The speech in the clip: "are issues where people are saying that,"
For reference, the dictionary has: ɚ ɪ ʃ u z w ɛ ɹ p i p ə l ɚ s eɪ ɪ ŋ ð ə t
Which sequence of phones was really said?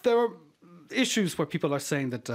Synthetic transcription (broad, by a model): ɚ ɪ ʃ u z w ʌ ɹ p i p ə l ɚ s eɪ ɪ ŋ ð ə t